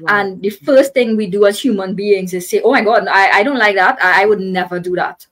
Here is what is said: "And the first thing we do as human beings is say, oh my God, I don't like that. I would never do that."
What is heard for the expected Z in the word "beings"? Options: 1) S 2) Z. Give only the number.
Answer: 1